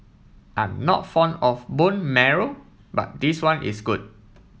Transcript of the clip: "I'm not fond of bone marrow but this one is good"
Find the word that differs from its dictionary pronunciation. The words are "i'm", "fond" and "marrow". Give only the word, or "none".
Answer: fond